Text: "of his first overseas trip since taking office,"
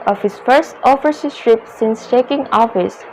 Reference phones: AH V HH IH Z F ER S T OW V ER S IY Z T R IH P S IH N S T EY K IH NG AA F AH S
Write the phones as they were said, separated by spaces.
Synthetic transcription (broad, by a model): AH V HH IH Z F ER S T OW F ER S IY S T R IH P S IH N S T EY K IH NG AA F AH S